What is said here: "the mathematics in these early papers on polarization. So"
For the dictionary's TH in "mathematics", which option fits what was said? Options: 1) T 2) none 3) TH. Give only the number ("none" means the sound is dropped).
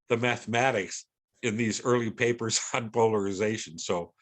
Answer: 3